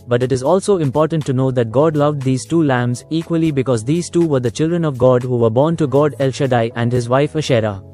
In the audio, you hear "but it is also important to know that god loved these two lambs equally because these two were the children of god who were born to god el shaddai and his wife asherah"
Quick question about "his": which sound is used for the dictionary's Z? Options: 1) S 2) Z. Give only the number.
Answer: 2